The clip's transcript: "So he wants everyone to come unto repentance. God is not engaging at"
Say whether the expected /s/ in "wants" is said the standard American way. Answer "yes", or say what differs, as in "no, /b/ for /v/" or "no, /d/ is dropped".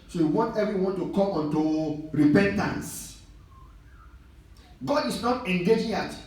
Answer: no, /s/ is dropped